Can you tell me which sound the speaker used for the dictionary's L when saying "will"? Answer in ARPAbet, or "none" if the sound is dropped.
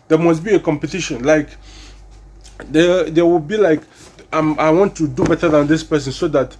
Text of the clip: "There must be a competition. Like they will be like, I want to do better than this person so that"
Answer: W